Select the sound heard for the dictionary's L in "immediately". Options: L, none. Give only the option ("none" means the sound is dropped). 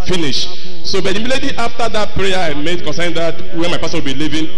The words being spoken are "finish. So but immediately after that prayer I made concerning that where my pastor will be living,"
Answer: none